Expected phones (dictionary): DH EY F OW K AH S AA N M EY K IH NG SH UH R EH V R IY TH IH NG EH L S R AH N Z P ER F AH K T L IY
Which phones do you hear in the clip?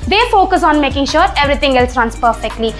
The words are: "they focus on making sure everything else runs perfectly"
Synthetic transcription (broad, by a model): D EY F OW K AH S AA N M EY K IH NG SH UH R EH V R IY T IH NG EH L S R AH N S P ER F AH K T L IY